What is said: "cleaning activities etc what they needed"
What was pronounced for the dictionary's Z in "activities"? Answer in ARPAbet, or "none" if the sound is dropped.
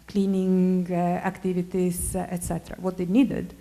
S